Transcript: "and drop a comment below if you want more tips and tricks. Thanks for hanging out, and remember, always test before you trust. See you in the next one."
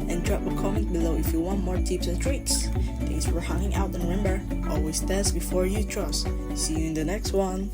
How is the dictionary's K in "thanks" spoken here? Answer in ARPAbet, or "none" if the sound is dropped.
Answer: none